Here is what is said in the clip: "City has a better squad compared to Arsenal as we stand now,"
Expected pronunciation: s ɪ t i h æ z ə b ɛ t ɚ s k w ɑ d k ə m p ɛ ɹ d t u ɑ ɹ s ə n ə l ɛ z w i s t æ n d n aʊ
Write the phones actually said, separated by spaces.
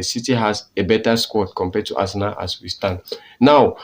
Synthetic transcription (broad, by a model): s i t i h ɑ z ə b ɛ t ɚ s k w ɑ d k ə m p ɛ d t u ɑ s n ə ə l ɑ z w i s t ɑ n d n aʊ